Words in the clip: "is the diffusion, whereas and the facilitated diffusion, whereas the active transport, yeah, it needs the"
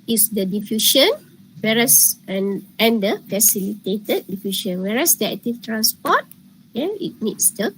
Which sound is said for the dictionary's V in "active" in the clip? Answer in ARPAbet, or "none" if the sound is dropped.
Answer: F